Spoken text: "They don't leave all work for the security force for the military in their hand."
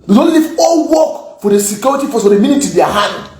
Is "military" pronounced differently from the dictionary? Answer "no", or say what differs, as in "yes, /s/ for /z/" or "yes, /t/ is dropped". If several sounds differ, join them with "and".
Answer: yes, /n/ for /l/